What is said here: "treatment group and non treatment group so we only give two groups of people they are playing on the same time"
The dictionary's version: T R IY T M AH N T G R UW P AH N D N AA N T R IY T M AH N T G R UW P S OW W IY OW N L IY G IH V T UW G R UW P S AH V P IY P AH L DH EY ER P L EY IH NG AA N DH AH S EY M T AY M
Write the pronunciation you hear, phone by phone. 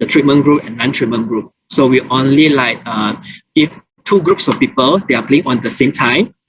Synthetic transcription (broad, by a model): T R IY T M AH N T G R UW P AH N N AA N T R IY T M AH N G R UW P S OW W IY OW N L IY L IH F T UW G R UW P S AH F P IY P AH L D EY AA P L EY IH NG AA N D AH S EY M T AY M